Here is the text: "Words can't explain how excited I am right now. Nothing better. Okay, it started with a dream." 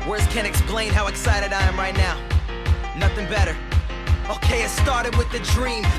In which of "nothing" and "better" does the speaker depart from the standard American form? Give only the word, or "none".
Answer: none